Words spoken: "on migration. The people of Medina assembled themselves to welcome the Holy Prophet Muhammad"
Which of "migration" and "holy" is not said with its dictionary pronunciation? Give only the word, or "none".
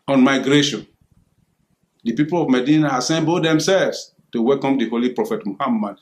none